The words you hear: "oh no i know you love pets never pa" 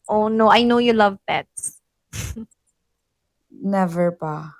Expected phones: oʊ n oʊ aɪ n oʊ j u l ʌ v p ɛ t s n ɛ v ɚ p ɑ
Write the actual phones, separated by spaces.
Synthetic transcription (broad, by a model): oʊ n oʊ aɪ n oʊ j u l ʌ v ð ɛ t n ɛ v ɚ p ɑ